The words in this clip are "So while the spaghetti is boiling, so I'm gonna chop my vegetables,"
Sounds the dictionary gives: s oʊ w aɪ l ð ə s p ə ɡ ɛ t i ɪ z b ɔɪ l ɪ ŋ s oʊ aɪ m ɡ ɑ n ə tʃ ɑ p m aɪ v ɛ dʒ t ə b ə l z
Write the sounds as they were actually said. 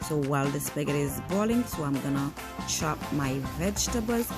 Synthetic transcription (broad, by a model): s oʊ w aɪ l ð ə s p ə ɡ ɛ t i ɪ z b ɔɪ l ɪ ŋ s oʊ aɪ m ɡ ɑ n ə ʃ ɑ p m aɪ v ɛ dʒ t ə b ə l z